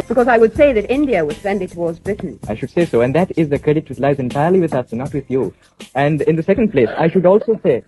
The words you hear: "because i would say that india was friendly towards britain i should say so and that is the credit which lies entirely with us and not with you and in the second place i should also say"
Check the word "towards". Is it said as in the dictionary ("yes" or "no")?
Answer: yes